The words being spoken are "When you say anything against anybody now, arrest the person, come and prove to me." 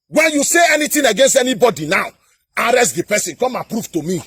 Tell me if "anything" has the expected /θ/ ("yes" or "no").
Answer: no